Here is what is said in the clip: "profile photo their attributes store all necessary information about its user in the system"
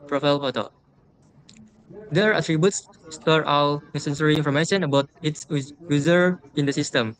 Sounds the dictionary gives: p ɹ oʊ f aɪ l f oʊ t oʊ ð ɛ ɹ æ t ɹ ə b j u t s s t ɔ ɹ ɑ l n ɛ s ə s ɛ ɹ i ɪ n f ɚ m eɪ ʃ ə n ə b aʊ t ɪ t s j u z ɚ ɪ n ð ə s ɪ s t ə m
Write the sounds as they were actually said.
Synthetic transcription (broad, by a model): p ɹ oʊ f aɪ l p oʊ t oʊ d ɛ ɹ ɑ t ɹ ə b j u t s s t ɔ ɹ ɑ w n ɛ s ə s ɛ ɹ i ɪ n f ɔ m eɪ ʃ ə n ə b aʊ t ɪ t s j u z ɚ ɪ n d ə s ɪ s t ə m